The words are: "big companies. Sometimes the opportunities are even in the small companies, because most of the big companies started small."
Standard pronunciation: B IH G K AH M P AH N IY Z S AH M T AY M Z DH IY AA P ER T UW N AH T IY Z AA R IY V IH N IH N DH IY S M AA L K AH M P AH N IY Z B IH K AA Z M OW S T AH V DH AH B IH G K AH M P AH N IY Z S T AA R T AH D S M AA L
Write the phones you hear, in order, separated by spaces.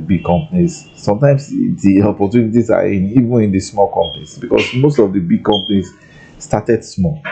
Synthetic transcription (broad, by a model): B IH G K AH M P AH N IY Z S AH M T AY M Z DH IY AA P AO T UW N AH T IY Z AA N IY V IH N IH N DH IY S M AA L K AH M P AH N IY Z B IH K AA S M OW S T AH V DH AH B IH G K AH M P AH N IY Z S T AA T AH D S M AA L